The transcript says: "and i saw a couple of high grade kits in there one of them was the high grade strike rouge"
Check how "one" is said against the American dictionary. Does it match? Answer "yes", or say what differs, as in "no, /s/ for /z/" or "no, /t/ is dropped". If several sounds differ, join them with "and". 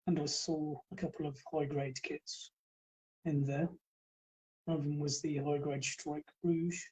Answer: no, /n/ is dropped